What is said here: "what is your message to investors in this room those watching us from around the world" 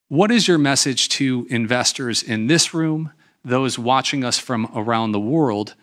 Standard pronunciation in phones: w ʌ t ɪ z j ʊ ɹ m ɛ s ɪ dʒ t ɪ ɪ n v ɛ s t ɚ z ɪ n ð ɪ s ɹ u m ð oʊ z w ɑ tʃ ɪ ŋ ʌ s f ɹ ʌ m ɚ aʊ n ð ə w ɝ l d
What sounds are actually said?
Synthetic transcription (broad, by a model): w ʌ t ɪ z j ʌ ɹ m ɛ s ɪ dʒ t ɪ ɪ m v ɛ s t ɚ z ɪ n ð ɪ s ɹ u m ð oʊ z w ɑ tʃ ɪ ŋ ʌ s f ɹ ʌ m ɚ aʊ n ð ə w ɝ l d